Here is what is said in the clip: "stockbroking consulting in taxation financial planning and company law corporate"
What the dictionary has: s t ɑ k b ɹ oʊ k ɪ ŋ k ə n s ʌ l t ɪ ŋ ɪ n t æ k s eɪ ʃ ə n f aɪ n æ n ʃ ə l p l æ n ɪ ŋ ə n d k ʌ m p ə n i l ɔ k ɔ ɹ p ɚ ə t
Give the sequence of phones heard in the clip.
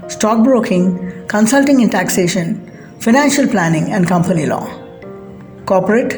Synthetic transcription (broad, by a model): s t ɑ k b ɹ oʊ k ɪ ŋ k ə n s ʌ l t ɪ ŋ ɪ n t æ k s eɪ ʃ ə n f aɪ n æ n ʃ ə l p l æ n ɪ ŋ ə n d k ʌ m p ə n i l ɔ k ɔ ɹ p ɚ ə t